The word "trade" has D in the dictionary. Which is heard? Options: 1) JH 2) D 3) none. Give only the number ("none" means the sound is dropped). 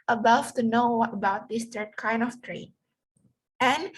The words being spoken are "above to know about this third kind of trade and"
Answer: 3